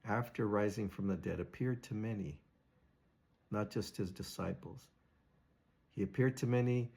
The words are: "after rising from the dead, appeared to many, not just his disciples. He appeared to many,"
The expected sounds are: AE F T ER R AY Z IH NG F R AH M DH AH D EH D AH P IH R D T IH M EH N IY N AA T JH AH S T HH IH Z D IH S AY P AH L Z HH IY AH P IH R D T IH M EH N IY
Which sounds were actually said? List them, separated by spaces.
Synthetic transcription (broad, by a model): AE F T ER R AY Z IH NG F R AH M DH AH D EH D AH P IH R D T IH M EH N IY N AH T JH AH S T HH IH Z D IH S AY P L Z HH IY AH P IH R D T IH M EH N IY